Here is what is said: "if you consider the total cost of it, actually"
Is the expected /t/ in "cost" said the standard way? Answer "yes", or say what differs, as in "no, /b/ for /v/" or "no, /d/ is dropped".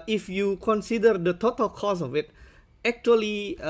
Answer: no, /t/ is dropped